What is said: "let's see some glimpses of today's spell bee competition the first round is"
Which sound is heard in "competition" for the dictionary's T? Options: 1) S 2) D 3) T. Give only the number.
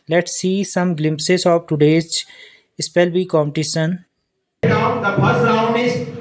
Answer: 1